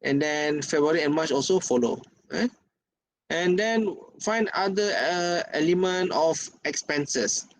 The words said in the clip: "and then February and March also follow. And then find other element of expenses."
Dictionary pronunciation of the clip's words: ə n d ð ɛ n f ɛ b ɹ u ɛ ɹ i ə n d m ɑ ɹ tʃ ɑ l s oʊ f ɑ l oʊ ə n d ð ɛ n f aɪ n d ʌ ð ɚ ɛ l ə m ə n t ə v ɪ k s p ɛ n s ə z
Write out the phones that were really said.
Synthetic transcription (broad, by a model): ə n d ɛ n f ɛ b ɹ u ɹ i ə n m ɑ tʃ ɑ l s oʊ f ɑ l oʊ ə n d ɛ n f aɪ n d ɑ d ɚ ɛ l ə m ə n t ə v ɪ k s p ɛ n s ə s